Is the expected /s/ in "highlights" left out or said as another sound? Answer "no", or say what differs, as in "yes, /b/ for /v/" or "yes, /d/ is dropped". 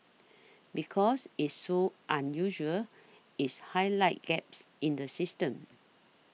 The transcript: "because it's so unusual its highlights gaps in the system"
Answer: yes, /s/ is dropped